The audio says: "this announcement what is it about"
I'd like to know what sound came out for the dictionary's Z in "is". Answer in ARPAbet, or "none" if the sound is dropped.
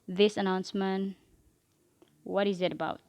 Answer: Z